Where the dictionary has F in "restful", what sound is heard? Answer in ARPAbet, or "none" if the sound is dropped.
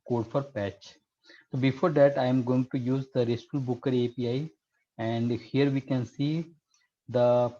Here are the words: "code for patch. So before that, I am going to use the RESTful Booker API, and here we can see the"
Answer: none